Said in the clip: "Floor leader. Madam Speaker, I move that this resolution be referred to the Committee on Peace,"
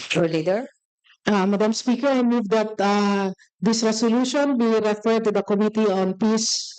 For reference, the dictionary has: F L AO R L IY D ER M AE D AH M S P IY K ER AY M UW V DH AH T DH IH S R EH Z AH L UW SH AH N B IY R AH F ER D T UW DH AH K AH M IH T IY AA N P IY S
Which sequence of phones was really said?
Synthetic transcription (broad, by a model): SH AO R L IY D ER M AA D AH M S P IY K ER AY M UW V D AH T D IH S R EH S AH L UW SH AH N B IY R AH F ER D T UW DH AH K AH M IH T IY AA N P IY S